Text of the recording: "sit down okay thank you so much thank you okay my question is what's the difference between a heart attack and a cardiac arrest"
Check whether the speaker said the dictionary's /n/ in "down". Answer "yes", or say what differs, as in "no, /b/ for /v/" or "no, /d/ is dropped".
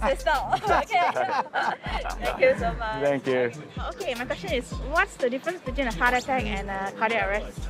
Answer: no, /l/ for /n/